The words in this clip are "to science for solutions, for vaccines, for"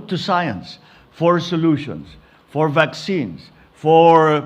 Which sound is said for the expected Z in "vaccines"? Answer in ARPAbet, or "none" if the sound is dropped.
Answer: S